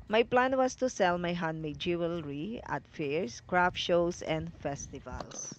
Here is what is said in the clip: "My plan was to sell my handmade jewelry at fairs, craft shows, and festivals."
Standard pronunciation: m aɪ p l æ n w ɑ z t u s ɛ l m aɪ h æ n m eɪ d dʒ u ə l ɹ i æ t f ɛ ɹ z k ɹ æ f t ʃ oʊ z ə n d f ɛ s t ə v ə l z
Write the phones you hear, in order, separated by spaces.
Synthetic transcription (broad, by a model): m aɪ p l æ n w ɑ s t u s ɛ l m aɪ h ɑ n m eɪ dʒ u ə l ɹ i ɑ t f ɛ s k ɹ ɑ f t ʃ oʊ s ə n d f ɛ s t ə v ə l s